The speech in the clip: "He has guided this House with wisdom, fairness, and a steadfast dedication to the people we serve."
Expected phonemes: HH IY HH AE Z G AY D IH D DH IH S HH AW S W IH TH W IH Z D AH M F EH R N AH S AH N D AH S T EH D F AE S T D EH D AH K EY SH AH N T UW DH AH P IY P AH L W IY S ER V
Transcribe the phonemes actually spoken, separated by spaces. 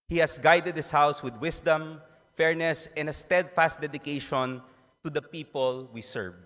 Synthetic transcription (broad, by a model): HH IY HH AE S G AY D IH D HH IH S HH AW S W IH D W IH S D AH M F EH R N AH S AH N D AH S T EH D F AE S T D EH D AH K EY SH AH N T UW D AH P IY P AH L W IY S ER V